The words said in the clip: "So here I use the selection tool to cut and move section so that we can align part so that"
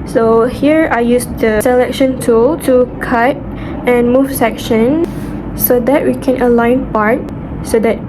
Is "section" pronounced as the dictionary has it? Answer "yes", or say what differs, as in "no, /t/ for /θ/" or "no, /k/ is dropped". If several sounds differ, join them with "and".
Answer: yes